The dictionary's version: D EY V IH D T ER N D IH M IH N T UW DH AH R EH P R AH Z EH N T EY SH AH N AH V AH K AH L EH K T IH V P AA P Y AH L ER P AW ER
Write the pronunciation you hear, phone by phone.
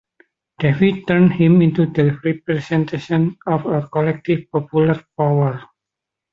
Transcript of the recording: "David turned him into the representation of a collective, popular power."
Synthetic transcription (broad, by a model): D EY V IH T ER N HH IH M IH N T UW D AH R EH P R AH S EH N T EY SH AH N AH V AH K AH L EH K T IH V P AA P Y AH L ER P AW ER